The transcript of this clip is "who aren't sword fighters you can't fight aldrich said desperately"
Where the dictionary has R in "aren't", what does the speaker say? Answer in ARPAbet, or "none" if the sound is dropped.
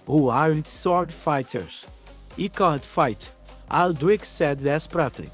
R